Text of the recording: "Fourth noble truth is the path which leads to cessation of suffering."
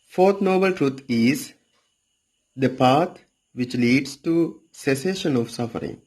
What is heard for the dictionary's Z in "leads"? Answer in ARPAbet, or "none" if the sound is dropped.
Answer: S